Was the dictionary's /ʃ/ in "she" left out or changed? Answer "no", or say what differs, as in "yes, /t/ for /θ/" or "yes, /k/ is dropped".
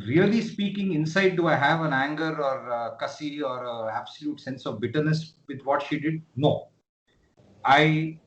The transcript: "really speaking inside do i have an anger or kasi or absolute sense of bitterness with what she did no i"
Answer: no